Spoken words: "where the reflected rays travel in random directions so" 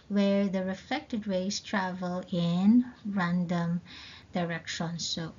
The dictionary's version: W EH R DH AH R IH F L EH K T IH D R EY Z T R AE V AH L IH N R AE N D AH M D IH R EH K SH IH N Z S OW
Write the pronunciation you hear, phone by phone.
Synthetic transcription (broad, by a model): W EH R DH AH R IH F L EH K T IH D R EY S T R AE V AH L IH N R AE N D AH M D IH R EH K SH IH N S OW